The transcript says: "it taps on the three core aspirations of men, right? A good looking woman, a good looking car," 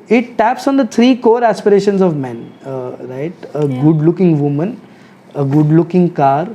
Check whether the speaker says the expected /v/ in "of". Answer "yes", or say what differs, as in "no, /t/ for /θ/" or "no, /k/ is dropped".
yes